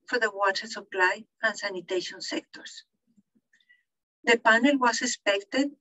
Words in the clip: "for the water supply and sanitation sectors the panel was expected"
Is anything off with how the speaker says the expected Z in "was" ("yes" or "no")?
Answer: yes